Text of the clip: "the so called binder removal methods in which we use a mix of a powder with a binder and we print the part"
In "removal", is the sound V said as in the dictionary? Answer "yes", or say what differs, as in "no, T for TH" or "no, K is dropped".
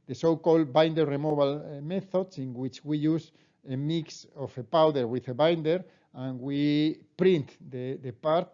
no, B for V